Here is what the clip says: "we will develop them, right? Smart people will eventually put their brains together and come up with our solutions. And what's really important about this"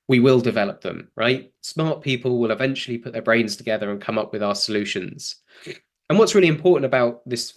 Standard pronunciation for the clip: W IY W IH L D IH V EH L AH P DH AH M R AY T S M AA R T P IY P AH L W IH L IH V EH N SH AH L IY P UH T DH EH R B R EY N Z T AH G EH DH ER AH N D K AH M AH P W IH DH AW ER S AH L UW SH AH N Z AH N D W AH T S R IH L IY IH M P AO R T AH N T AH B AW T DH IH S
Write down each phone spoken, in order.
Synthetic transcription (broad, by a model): W IY W IH L D IH V EH L AH P DH AH M R AY T S M AA T P IY P AH L W IH L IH V EH N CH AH L IY P UH T DH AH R B R EY N Z T AH G EH DH ER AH N K AH M AH P W IH DH AW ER S AH L UW SH AH N Z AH N W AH T S R IH L IY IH M P AO T N T AH B AW T DH IH S